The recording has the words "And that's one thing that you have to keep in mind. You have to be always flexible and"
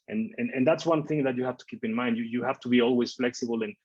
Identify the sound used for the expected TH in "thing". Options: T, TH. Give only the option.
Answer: TH